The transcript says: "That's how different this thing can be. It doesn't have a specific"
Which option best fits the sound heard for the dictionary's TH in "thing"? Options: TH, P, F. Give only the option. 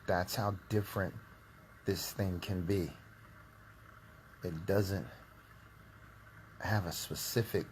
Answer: TH